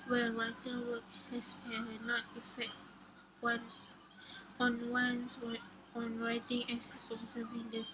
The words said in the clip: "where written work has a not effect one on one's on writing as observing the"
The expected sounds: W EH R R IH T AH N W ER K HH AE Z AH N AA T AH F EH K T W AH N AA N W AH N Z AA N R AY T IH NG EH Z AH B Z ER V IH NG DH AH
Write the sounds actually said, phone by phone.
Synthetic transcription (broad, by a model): W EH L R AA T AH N W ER K HH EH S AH N AA T AH F EH K T W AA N AA N W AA N S AA N R AY T IH NG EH S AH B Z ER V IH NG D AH